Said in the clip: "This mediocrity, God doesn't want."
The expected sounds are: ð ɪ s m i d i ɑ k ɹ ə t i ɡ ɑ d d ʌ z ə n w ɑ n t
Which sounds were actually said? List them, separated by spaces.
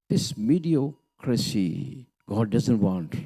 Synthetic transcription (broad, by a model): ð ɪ s m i d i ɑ k ɹ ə s i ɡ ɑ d d ʌ z ə n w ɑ n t